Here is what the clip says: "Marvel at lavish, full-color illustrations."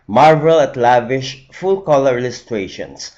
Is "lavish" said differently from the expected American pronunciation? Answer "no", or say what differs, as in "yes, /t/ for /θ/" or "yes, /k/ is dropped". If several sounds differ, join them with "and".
no